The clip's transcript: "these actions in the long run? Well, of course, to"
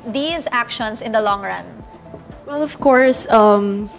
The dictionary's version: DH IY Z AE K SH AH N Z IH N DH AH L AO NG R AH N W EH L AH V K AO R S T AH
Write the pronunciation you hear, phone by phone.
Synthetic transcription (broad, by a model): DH IY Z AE K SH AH N S IH N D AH L AO NG R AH N W EH L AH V K AO R S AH